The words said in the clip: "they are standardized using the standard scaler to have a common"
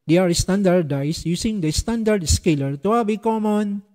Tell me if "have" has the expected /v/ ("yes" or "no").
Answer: no